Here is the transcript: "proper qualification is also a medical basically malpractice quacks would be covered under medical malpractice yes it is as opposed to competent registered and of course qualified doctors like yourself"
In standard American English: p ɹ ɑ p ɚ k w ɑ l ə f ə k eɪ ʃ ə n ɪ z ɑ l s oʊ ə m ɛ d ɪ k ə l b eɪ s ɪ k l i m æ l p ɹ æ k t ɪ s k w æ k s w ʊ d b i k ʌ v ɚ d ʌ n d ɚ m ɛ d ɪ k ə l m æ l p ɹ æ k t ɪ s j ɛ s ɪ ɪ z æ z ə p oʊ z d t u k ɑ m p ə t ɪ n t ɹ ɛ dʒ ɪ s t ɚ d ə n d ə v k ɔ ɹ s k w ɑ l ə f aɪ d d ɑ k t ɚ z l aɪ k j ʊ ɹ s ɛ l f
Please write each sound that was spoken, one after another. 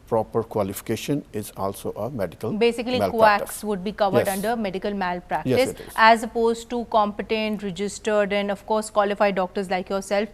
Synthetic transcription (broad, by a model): p ɹ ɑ p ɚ k w ɑ l ə f ə k eɪ ʃ ə n ɪ z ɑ l s oʊ ə m ɛ d ɪ k ə l b eɪ s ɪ k i l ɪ k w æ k s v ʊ d b i k ʌ v ɚ d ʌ n d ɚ m ɛ d ɪ k ə l m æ l p ɹ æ k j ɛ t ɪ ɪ s æ z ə p oʊ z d t u k ɑ m p ə t ɪ n t ɹ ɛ dʒ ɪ s t ɚ d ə n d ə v k ɔ ɹ s k w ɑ l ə f aɪ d d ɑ k t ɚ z l aɪ k j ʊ ɹ s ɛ l f